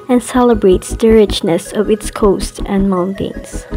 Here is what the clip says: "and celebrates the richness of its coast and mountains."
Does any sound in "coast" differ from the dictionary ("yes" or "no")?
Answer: no